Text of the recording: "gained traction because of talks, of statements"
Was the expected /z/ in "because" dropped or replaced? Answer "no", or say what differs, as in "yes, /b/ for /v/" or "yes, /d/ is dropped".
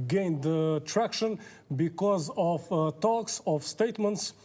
no